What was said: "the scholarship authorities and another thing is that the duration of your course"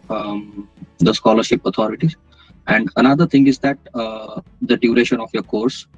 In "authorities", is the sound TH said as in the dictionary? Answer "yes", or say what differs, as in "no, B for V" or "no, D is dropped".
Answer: no, T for TH